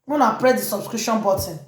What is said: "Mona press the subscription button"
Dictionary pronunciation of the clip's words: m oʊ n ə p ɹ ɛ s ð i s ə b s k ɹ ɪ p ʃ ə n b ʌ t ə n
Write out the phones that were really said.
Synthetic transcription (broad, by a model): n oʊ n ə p ɹ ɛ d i s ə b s k ɹ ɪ ʃ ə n b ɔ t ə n